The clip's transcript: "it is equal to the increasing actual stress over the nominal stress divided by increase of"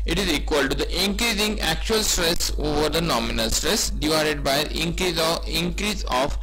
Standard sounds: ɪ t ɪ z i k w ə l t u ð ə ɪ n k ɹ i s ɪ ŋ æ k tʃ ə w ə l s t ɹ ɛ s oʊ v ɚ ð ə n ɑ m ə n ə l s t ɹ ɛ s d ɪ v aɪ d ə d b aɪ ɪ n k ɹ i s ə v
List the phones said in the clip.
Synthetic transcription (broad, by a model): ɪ t ɪ z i k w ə l t u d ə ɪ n k ɹ i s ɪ ŋ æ k tʃ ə ə l s t ɹ ɛ s oʊ v ɚ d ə n ɑ m ə n ə l s t ɹ ɛ s d ɪ v aɪ d ə d b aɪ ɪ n k ɹ i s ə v